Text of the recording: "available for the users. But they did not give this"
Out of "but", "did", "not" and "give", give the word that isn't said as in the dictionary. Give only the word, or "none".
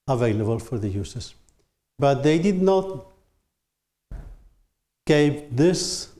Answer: give